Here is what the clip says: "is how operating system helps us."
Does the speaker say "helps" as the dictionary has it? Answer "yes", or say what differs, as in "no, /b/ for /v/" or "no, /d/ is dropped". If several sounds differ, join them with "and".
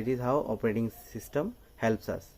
yes